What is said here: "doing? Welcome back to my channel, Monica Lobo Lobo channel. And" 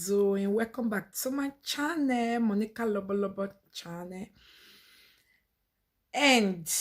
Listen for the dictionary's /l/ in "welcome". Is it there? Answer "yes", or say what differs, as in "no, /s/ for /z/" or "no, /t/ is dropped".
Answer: no, /l/ is dropped